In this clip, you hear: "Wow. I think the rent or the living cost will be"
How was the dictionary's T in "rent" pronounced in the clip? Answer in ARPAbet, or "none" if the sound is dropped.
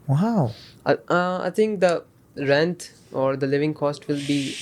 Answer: T